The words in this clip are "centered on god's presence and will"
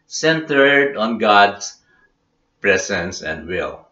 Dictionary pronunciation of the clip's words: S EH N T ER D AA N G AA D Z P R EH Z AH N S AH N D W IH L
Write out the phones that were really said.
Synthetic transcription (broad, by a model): S EH N T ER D AA N G AA D S P R EH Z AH N S AH N D W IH L